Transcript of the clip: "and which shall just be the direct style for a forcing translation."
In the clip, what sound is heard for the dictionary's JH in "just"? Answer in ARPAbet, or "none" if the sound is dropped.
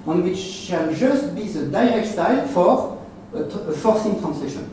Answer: ZH